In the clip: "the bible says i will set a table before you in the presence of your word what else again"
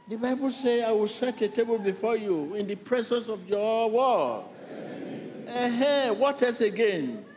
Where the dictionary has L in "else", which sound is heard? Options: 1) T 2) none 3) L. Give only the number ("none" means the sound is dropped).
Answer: 2